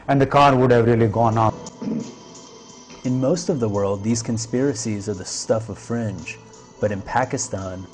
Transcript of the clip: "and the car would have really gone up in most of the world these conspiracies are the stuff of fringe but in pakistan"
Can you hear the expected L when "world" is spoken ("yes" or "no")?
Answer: yes